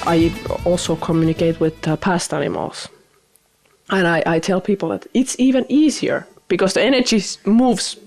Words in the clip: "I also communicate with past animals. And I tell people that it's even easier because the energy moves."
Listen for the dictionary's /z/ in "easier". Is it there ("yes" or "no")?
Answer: yes